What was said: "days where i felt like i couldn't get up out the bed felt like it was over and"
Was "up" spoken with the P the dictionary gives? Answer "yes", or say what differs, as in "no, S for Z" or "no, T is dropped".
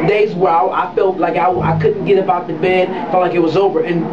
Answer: no, B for P